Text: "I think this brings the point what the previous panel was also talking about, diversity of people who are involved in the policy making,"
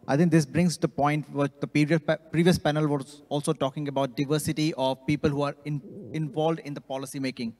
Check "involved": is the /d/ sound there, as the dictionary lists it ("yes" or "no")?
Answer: yes